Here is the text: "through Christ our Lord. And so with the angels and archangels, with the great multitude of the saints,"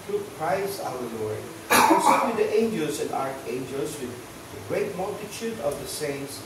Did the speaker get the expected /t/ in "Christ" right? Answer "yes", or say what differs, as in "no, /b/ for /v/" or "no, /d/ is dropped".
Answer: no, /t/ is dropped